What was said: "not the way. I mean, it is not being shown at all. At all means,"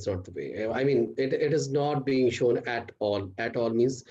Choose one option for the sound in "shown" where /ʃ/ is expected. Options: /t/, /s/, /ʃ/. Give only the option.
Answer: /ʃ/